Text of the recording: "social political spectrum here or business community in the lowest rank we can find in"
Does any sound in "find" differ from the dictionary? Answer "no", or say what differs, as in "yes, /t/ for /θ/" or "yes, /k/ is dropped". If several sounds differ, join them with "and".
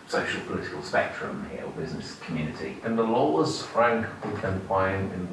yes, /d/ is dropped